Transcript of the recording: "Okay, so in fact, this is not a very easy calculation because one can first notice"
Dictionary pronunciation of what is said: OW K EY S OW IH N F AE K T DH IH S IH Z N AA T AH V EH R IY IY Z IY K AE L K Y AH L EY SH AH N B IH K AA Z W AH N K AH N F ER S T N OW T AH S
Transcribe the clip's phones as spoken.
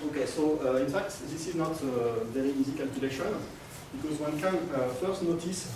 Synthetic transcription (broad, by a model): OW K EY S OW IH N F AE K T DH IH S IH Z N AA T AH V EH R IY IY Z IY K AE L K Y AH L EY SH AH N B IH K AA Z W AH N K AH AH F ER S T N OW T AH S